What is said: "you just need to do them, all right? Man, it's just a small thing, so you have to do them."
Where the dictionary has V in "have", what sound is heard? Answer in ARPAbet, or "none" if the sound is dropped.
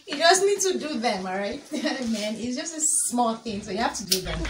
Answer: F